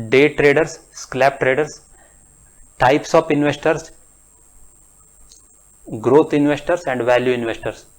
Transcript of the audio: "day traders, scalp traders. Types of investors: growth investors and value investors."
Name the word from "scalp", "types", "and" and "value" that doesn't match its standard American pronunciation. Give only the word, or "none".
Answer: scalp